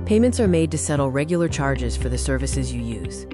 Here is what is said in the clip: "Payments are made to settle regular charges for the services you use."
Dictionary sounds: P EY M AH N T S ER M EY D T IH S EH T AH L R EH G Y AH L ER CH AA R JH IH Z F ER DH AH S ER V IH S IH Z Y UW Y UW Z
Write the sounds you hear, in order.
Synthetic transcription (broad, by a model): P EY M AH N T S ER M EY D T IH S EH T L R EH G Y L ER CH AA R JH IH Z F ER DH AH S ER V IH S IH Z Y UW Y UW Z